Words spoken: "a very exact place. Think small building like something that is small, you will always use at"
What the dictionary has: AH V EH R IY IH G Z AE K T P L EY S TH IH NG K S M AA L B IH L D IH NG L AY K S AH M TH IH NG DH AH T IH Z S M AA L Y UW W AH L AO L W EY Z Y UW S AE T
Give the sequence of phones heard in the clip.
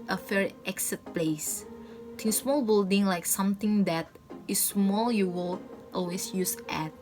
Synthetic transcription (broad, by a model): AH F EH R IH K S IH T P L EY S T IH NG S M AA L B IH L D IH NG L AY K S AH M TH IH NG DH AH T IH S M AA L Y UW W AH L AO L W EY S Y UW S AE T